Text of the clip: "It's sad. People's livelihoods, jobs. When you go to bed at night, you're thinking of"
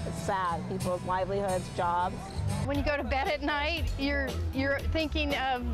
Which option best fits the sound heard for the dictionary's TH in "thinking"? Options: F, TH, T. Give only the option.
TH